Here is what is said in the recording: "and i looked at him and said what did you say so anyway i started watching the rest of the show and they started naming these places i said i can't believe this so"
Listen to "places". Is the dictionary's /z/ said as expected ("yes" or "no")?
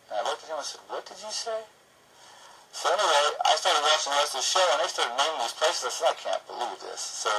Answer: yes